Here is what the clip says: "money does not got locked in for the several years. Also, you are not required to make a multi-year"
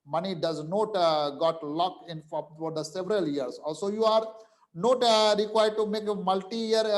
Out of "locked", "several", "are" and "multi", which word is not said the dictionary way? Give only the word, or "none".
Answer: locked